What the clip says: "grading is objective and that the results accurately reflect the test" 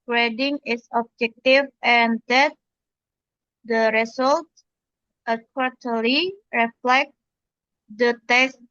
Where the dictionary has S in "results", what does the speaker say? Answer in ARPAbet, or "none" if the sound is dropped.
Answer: none